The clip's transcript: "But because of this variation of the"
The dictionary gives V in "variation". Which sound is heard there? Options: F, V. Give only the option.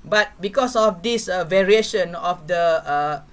V